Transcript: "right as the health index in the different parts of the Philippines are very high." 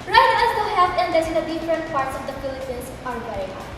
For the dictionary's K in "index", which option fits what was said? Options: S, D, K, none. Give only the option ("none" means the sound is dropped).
none